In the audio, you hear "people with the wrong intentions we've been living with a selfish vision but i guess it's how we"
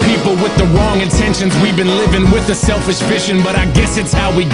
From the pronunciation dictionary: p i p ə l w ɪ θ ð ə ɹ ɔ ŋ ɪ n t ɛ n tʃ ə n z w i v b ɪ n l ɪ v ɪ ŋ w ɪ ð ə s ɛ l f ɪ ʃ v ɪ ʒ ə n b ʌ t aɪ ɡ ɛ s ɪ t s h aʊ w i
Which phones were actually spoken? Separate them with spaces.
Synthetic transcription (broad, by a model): p i p l w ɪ ð ə ɹ ɔ ŋ ɪ n t ɛ n ʃ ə n z w i v b ɪ n l ɪ v ɪ ŋ w ɪ ð ə s ɛ l f ɪ ʃ f ɪ ʃ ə n b ʌ t aɪ ɡ ɛ s ɪ t s h aʊ w i